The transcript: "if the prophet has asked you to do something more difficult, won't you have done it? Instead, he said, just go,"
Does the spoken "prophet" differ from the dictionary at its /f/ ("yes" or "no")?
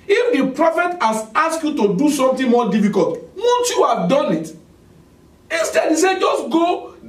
no